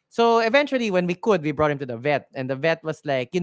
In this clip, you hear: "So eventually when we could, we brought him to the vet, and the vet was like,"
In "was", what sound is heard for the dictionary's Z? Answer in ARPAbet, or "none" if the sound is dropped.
S